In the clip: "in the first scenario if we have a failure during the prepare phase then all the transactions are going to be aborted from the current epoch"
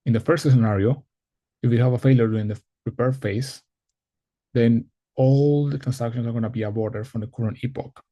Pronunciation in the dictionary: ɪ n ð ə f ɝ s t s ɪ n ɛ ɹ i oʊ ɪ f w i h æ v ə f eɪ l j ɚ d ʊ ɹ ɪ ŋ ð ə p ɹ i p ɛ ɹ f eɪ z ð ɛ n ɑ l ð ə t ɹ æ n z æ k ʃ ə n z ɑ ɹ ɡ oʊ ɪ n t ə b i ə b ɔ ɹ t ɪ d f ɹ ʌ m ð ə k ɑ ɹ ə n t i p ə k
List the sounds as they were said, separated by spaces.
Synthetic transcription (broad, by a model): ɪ n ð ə f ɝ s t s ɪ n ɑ ɹ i oʊ ɪ f w i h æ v ə f eɪ l j ɚ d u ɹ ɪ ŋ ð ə p ɹ i p ɛ ɹ f eɪ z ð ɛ n ɑ l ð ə t ɹ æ n s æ k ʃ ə n s ɑ ɹ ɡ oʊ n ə b i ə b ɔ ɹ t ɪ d f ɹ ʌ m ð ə k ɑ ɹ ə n i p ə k